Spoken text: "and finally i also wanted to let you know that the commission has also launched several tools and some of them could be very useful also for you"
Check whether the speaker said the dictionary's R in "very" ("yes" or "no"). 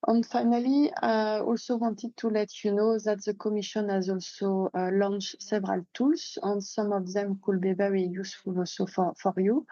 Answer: no